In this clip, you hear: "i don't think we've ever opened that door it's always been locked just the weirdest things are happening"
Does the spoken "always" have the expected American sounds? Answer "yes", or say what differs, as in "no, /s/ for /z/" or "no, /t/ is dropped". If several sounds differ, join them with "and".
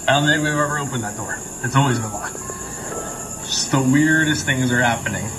yes